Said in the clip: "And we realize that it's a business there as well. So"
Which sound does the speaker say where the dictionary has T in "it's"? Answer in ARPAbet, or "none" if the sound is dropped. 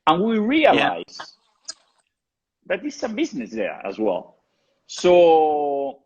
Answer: S